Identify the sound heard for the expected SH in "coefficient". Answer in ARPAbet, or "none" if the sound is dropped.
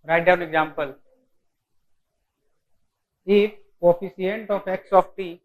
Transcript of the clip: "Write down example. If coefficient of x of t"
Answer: S